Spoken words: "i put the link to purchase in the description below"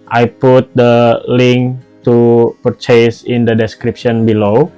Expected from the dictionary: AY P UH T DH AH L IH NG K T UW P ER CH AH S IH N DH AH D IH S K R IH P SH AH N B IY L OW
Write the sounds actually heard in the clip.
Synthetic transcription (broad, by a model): AY P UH T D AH L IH NG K T UW P ER CH AH S IH N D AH D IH S K R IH P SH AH N B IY L OW